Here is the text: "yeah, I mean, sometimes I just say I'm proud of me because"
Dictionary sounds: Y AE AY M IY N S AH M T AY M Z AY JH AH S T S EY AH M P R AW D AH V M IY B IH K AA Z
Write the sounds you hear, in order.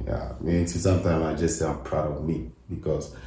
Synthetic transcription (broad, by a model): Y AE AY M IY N S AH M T AY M AY JH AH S S EY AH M P R AW D AH V M IY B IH K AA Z